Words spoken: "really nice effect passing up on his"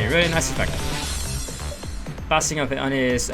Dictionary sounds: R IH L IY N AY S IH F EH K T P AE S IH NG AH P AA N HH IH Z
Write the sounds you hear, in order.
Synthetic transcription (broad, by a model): R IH L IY N AY S IH F EH K T B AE S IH NG AH P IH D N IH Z